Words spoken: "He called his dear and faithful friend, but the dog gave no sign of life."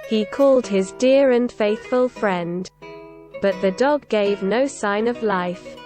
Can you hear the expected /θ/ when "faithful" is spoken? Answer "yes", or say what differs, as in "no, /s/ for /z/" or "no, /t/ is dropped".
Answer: yes